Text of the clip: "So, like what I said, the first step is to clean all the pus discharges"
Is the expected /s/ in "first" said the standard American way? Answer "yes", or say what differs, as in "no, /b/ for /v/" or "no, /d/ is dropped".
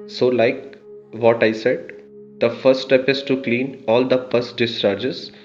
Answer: no, /s/ is dropped